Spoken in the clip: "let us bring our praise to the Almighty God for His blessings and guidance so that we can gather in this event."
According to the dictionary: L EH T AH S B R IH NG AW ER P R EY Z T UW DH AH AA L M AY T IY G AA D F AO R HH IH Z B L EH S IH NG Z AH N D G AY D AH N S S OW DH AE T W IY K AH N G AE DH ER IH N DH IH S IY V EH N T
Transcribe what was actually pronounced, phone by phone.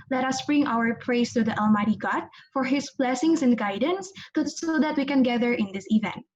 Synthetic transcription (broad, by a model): L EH T AH S B R IH NG AW ER P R EY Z T UW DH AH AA L M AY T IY G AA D F AO R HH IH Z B L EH S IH NG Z AH N D G AY D AH N S S OW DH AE T W IY K AH N G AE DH ER IH N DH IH S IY V EH N T